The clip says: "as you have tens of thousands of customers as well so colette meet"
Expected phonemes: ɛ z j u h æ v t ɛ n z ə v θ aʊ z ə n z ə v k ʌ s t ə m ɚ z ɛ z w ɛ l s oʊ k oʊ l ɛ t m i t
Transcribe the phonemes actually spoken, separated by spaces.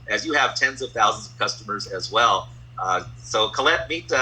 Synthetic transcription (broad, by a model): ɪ z j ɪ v t ɛ n z ə v θ aʊ z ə n z ə v k ʌ s t ə m ɚ z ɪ z w ɛ l s oʊ k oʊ l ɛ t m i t